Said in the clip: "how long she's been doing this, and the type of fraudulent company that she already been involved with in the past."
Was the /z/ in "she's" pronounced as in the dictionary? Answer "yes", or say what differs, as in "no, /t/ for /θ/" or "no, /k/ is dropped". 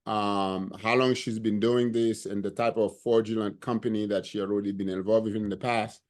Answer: yes